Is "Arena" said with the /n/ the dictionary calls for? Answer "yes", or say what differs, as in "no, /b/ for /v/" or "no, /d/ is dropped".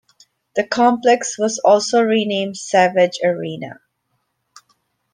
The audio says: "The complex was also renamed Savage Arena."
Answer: yes